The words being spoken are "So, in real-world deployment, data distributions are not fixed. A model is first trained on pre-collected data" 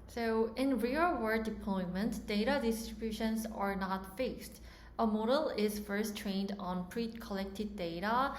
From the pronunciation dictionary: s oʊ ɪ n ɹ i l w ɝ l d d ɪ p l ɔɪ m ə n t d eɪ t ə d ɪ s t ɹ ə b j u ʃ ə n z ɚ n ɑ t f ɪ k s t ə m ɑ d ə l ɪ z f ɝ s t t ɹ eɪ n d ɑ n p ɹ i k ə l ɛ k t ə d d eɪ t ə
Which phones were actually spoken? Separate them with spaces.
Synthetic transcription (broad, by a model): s oʊ ɪ n ɹ i l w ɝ d d ɪ p l ɔɪ m ə n t d eɪ t ə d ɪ s t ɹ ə b j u ʃ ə n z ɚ n ɑ t f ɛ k s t ə m ɑ d ə l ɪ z f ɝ s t t ɹ eɪ n d ɑ n p ɹ i k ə l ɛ k t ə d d eɪ t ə